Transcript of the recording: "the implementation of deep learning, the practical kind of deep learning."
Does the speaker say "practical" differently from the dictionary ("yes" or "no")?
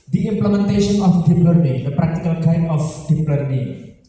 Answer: no